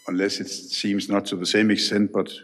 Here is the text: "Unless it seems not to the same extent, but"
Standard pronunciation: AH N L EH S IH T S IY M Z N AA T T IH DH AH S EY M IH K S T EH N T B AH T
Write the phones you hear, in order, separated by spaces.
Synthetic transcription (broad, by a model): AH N L EH S IH T S IY M Z N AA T T IH DH AH S EY M IH K S T EH N T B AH T